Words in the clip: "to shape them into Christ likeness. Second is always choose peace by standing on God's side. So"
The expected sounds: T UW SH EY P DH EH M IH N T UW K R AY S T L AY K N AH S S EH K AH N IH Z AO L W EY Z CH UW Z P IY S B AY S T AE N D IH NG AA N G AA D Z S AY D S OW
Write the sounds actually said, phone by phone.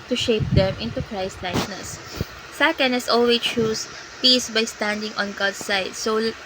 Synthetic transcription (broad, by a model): T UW SH EY P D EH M IH N T UW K R AY S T L AY K N AH S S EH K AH N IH S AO L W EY CH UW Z P IY S B AY S T AE N D IH NG AA N G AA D S AY D S OW